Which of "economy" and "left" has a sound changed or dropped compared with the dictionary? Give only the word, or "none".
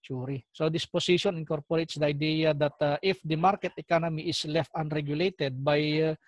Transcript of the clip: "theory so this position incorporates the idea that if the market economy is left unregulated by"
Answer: none